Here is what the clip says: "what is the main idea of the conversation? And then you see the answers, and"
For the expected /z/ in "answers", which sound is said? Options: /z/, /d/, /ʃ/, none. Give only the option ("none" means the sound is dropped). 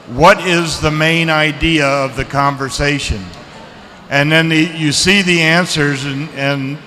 /z/